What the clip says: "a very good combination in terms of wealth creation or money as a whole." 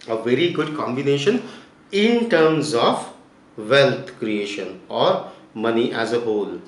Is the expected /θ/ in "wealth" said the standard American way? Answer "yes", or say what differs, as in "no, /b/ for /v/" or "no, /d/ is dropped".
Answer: no, /t/ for /θ/